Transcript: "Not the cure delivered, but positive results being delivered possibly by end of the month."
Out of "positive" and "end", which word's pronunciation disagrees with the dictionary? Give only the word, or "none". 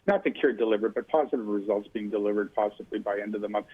none